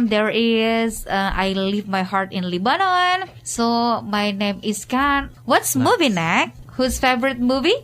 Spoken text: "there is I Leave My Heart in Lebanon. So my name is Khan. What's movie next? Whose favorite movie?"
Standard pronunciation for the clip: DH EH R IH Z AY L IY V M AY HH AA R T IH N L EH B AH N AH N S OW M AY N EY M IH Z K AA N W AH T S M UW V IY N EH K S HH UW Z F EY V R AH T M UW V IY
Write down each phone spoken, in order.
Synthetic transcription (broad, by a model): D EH R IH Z AY L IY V M AY HH AA R T IH N L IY B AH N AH N S OW M AY N EY M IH S K AA N W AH T S M UW V IY N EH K HH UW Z F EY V R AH T M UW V IY